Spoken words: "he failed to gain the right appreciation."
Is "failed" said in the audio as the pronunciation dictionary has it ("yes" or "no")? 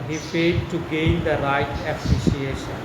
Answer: no